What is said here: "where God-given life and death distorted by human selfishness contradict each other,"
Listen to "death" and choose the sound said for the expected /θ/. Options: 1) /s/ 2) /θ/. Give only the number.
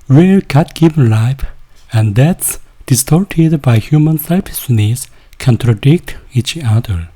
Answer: 1